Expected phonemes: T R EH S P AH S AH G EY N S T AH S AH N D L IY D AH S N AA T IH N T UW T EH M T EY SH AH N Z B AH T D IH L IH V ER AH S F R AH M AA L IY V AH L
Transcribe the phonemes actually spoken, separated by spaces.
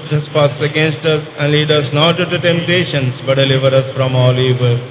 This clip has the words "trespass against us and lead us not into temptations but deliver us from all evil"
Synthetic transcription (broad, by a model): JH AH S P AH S AH G EY N S T AH S AH N D L IY D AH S N AA T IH T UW T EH M T EY SH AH N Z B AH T D IH L IH V ER AH S F R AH M AA L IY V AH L